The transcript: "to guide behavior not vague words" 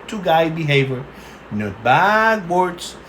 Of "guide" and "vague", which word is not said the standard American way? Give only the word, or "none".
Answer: vague